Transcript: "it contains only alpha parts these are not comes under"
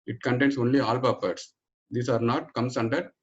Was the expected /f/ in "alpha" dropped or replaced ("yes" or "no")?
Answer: yes